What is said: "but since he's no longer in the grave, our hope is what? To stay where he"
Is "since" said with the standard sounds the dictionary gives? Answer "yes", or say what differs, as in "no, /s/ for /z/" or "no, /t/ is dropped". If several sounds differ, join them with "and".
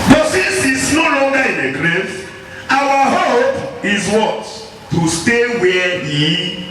no, /n/ is dropped